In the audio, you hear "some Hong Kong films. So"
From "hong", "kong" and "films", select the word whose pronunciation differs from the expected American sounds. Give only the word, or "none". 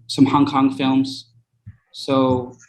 none